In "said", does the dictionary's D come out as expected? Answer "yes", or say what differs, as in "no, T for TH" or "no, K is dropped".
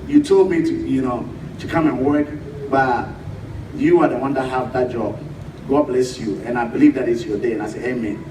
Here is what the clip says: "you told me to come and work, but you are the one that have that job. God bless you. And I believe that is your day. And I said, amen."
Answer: no, D is dropped